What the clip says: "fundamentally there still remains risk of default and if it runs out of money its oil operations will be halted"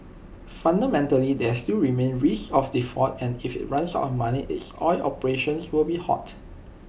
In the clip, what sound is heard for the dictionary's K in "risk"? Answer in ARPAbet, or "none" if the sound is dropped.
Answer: none